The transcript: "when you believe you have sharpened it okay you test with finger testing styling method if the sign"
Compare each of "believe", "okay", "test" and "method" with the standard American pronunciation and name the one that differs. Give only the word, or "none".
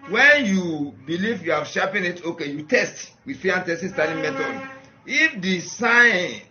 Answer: method